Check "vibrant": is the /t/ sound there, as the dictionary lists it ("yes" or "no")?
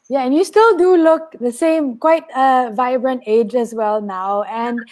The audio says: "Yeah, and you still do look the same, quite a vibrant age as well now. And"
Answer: yes